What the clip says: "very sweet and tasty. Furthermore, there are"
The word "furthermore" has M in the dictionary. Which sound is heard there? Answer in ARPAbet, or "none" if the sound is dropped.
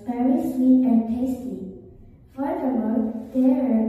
none